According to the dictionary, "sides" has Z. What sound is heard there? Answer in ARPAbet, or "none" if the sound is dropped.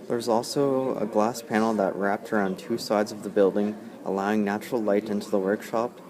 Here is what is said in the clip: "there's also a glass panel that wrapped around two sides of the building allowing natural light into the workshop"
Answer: Z